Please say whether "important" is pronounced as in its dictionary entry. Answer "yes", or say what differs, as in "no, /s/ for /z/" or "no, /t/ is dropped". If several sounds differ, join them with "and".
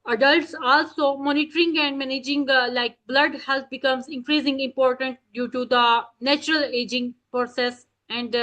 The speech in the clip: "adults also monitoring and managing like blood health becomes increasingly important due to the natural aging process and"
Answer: yes